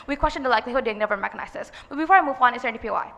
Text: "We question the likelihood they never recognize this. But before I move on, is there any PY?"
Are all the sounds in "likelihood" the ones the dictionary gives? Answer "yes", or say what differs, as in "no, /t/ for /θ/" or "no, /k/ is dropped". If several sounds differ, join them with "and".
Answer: yes